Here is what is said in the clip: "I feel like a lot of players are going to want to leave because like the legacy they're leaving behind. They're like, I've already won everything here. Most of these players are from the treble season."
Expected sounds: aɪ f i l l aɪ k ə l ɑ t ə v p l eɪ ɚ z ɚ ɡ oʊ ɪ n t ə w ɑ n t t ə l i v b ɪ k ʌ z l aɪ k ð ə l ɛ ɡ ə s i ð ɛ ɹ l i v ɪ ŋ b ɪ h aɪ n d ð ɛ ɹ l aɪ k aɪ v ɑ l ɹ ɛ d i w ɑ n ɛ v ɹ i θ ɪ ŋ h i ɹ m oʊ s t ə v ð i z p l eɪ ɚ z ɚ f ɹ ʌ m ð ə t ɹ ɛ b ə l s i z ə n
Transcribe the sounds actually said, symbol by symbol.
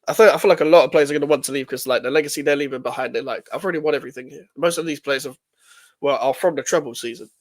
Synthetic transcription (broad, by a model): aɪ f i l l aɪ k ə l ɑ t ə v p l eɪ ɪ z ɚ ɡ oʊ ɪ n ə w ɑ n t t ə l i v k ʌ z l aɪ k ð ə l ɛ ɡ ə s i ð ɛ l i v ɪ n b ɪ h aɪ n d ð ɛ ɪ l aɪ k aɪ v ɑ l ɹ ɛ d i w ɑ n ɛ v ɹ i θ ɪ ŋ h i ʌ m oʊ s t ə v ð i z p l eɪ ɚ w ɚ f ɹ ʌ m ð ə t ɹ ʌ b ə l s i z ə n